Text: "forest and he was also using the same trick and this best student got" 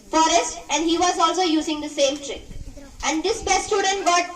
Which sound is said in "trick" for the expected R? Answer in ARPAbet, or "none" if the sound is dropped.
R